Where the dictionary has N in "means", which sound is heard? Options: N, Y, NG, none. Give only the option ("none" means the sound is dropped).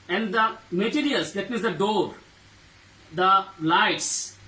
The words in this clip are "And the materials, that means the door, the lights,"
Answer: none